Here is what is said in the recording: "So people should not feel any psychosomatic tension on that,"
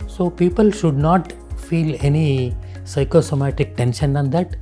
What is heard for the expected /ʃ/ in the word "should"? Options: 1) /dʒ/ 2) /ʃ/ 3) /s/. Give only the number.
2